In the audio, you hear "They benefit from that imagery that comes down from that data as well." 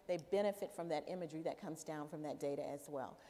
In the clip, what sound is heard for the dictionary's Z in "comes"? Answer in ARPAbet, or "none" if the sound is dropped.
Z